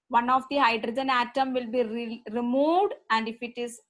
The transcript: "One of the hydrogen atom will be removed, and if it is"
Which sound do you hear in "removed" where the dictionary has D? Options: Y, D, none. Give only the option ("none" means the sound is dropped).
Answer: D